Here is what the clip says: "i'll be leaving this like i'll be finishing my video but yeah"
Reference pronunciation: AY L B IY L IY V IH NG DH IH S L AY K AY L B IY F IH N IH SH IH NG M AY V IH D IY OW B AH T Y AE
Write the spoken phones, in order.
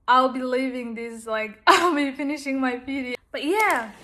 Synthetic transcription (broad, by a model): AY L B IY L IY V IH NG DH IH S L AY K AY L B IY F IH N IH SH IH NG M AY P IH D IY B AH T Y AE